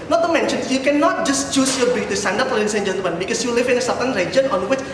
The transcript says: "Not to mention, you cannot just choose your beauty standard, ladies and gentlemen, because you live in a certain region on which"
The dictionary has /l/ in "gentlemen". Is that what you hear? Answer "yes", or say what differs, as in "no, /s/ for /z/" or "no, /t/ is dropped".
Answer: no, /l/ is dropped